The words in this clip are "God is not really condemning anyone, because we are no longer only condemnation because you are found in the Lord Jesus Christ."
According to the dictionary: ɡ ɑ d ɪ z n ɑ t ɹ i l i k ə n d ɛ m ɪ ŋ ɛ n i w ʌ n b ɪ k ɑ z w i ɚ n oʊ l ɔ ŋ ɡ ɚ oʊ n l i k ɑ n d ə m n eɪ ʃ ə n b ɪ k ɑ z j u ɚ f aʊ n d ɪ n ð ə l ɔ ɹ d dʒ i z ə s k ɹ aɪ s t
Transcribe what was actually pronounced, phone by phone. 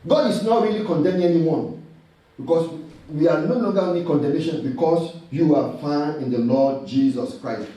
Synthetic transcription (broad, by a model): ɡ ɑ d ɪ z n ɑ t ɹ i l i k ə n d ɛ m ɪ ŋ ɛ n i w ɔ n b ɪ k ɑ s w i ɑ n oʊ l ɔ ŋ ɡ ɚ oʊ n i k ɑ n d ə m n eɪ ʃ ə n b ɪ k ɑ s j u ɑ f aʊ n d ɪ n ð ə l ɔ d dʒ i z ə s k ɹ aɪ s t